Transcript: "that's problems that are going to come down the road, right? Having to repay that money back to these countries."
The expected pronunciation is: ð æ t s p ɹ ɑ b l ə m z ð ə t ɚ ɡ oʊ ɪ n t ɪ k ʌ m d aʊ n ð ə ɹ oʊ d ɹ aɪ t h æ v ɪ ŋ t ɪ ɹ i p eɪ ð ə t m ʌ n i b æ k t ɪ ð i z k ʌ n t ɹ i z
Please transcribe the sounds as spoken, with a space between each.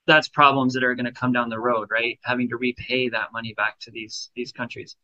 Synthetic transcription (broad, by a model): ð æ t s p ɹ ɑ b l ə m z ð ə t ɚ ɡ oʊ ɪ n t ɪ k ʌ m d aʊ n ð ə ɹ oʊ d ɹ aɪ t h æ v ɪ ŋ t ɪ ɹ i p eɪ ð ə t m ʌ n i b æ k t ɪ ð i z k ʌ n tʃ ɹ i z